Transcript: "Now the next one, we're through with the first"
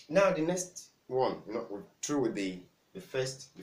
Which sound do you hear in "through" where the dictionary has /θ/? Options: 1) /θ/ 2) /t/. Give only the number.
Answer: 2